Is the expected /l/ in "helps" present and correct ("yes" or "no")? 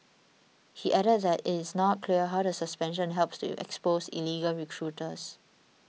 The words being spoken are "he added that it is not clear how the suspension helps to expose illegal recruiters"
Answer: yes